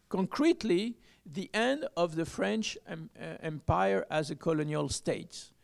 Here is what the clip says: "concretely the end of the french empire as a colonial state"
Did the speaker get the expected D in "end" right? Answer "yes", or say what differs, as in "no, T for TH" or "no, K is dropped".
yes